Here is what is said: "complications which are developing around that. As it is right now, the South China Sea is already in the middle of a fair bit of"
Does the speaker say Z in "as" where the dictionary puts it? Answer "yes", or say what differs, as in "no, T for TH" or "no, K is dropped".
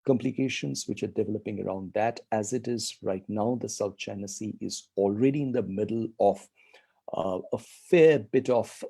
yes